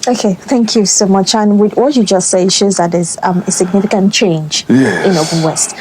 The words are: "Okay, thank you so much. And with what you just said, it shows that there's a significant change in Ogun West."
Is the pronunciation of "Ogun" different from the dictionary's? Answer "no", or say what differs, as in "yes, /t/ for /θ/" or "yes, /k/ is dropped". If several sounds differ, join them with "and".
yes, /l/ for /n/